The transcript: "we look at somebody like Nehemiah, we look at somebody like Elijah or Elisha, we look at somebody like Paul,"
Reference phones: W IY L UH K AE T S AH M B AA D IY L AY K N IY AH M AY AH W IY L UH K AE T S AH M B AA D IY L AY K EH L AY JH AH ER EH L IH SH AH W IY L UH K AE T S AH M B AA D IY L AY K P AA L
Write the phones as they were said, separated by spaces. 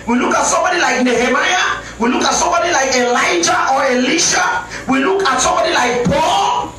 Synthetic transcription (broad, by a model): W IY L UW K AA T S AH M B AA D IY L AY K N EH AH M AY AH W IY L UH K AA T S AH M B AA D IY L AY K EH L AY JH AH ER EH L IH SH AH W IY L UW K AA T S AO M B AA D IY L AY K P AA L